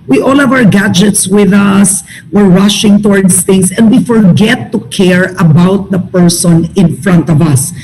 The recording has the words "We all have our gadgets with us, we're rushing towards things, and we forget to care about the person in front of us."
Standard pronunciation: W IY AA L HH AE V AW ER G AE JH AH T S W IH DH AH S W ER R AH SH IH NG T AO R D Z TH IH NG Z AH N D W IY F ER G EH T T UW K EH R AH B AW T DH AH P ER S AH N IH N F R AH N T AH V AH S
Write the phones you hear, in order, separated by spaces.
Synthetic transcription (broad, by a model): W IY AA L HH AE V AW ER G AE JH AH T S W IH DH AH S W ER R AH SH IH NG T AO R D S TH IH NG S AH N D W IY F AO G EH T T UW K EH R AH B AW T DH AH P ER S AH N IH N F R AH N T AH V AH S